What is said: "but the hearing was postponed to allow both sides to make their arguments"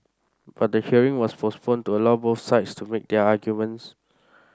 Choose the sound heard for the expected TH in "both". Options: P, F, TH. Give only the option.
F